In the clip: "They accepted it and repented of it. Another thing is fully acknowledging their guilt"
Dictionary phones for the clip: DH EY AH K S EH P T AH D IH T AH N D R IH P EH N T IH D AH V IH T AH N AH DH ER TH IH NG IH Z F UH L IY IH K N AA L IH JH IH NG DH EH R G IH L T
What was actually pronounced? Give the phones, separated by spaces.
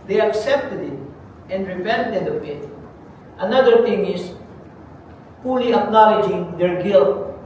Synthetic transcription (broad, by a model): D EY AH K S EH P T AH D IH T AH N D R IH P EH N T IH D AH P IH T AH N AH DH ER T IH NG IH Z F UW L IY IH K N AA L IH JH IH NG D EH R G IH L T